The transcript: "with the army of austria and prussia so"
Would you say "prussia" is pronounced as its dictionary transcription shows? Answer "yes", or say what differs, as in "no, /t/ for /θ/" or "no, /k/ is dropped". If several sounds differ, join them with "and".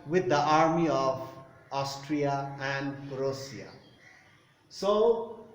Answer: no, /s/ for /ʃ/